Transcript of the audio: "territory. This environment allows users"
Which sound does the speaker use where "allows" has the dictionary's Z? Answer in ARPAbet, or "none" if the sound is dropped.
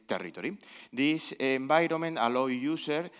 none